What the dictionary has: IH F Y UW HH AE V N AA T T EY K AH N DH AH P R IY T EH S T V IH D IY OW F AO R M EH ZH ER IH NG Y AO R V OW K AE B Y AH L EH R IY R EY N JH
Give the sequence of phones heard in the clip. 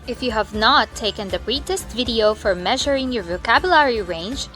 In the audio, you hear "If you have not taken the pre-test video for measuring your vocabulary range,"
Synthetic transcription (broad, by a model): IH F Y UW HH AE V N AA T T EY K AH N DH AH B R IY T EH S T V IH D IY OW F AO R M EH ZH ER IH NG Y AO R V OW K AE B Y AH L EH R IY R EY N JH